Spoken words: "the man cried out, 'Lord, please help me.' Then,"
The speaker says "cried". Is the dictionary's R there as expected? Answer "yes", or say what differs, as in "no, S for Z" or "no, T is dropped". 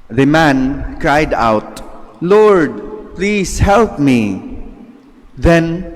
yes